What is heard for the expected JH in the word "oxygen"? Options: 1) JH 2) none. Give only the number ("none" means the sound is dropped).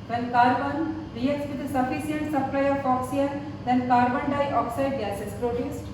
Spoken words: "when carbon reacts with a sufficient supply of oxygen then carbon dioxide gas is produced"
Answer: 2